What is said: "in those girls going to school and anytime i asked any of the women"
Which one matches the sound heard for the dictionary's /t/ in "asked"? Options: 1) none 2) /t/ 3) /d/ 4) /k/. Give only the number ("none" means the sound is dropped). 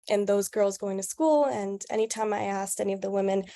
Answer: 2